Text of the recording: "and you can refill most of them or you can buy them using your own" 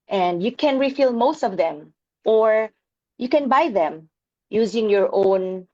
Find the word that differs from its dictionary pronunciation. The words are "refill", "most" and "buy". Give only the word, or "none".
none